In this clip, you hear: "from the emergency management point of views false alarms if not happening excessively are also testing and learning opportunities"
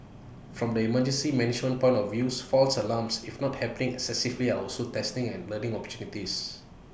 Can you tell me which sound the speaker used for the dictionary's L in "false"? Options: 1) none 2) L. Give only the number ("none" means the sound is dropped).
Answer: 2